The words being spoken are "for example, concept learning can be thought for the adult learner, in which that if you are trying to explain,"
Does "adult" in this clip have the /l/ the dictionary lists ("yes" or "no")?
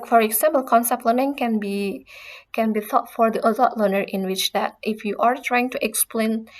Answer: no